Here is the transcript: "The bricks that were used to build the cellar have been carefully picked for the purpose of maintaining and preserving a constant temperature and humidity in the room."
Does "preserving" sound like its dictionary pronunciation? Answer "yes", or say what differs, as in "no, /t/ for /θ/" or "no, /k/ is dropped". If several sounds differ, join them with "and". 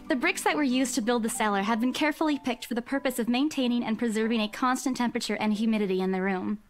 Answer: yes